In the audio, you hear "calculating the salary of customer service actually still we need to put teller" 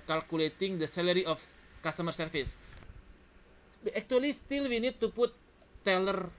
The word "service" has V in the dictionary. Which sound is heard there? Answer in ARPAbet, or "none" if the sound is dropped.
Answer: F